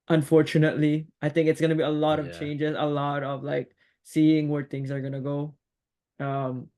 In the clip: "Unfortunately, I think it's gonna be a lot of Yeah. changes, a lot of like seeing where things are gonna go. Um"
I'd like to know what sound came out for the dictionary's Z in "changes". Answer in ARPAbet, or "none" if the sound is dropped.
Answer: Z